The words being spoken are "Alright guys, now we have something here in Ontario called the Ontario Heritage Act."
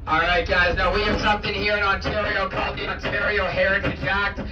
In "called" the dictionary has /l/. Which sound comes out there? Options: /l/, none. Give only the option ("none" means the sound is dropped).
/l/